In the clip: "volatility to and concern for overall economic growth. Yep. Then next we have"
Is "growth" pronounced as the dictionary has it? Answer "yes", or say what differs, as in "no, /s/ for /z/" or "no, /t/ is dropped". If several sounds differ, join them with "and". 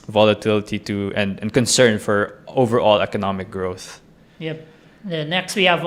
yes